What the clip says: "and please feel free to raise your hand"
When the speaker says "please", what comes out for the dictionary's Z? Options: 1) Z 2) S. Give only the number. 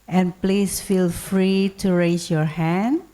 2